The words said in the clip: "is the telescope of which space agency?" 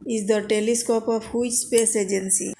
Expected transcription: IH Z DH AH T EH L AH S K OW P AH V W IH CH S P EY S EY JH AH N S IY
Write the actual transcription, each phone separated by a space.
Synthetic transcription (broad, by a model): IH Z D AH T EH L AH S K OW P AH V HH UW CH S P EY S EY JH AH N S IY